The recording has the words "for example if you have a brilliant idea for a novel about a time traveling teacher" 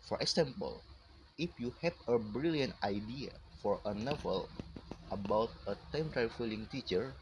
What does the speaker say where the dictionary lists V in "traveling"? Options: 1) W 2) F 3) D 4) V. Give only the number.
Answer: 2